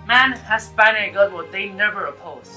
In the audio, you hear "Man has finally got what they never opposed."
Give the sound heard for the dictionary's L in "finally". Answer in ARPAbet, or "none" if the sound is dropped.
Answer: none